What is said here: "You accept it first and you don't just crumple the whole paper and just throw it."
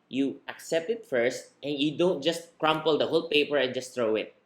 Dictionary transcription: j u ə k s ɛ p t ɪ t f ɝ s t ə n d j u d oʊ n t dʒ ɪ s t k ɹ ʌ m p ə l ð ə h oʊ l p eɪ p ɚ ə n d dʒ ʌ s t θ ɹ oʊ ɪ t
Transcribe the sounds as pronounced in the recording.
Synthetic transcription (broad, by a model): j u ə k s ɛ p t ɪ t f ɝ s t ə n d j u d oʊ n t dʒ ɪ s t k ɹ ʌ m p ə l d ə h oʊ l p eɪ p ɚ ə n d dʒ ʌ s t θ ɹ oʊ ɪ t